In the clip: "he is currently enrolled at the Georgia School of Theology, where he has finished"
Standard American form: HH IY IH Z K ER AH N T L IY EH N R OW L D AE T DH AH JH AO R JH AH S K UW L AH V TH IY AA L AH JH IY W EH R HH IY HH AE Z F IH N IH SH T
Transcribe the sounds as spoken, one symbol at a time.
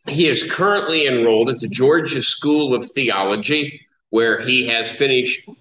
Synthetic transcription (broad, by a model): HH IY IH Z K ER AH N T L IY EH N R OW L D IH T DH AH JH AO R JH AH S K UW L AH V TH IY AA L AH JH IY W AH R IY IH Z F IH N IH SH T